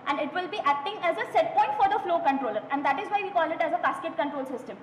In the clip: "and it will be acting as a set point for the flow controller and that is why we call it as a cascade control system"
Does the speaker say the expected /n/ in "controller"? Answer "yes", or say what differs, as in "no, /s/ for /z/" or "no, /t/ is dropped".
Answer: yes